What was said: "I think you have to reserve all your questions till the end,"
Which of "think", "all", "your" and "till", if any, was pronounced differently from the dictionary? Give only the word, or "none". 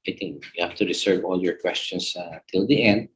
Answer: think